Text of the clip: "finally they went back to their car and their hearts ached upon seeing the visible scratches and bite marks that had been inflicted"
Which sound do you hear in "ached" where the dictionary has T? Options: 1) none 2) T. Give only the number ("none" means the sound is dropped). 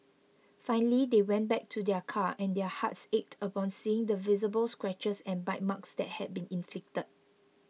2